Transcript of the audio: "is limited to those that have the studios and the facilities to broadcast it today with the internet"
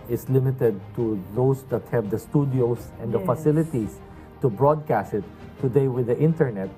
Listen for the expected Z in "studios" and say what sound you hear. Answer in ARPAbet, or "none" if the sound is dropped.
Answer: S